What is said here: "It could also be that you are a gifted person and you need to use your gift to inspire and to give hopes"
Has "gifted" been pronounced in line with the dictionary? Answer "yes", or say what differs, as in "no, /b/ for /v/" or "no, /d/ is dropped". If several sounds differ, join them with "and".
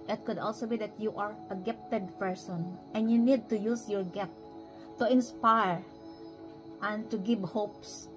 no, /p/ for /f/